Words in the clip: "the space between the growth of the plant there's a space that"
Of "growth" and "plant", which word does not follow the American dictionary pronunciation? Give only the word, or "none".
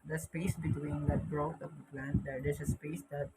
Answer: growth